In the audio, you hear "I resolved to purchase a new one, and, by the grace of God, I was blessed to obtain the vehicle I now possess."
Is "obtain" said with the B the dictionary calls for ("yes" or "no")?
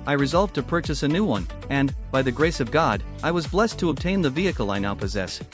yes